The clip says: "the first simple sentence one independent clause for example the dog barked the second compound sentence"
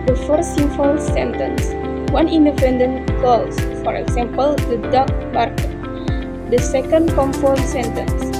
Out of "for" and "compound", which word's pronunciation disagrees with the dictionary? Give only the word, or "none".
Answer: compound